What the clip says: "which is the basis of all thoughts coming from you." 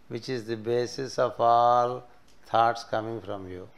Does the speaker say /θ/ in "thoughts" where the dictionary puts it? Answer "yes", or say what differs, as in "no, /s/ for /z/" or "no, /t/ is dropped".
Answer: no, /t/ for /θ/